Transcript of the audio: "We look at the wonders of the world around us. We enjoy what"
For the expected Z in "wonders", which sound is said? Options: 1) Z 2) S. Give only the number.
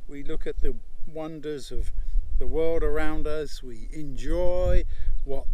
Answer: 1